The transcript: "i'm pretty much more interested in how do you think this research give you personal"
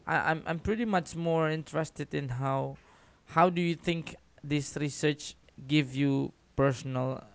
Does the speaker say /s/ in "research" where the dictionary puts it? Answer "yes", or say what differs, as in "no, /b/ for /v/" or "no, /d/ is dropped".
yes